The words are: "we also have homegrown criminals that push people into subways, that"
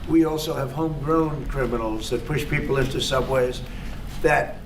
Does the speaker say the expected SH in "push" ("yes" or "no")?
yes